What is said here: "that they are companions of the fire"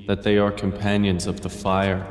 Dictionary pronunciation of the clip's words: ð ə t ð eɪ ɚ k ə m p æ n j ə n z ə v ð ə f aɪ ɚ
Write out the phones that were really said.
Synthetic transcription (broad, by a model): ð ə t ð eɪ ɚ k ə m p æ n j ə n z ə v ð ə f aɪ ɚ